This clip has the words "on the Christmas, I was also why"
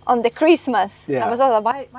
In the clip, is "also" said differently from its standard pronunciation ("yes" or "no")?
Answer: yes